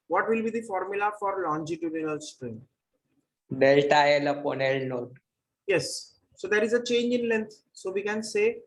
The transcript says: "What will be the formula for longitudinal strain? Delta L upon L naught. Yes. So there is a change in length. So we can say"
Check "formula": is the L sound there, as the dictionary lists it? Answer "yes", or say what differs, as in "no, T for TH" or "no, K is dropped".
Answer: yes